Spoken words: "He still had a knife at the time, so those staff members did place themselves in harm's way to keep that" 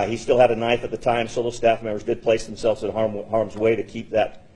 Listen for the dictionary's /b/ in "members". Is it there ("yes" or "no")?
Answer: no